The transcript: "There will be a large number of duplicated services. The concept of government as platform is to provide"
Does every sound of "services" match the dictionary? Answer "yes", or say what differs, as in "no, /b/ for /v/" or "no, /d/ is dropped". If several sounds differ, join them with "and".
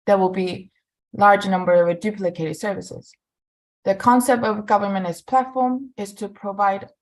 yes